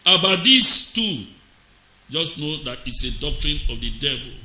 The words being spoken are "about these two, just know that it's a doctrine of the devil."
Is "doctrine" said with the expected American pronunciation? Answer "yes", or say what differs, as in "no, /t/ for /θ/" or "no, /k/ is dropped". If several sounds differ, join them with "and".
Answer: yes